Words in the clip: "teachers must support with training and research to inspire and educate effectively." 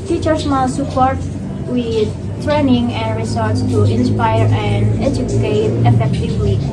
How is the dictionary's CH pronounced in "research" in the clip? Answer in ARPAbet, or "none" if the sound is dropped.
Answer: S